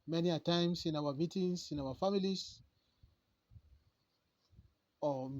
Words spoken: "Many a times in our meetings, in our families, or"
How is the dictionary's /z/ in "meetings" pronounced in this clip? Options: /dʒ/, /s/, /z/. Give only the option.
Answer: /s/